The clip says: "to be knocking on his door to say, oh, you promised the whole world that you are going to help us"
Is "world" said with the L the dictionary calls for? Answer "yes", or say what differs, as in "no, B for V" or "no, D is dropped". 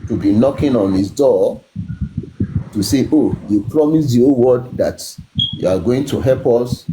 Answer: no, L is dropped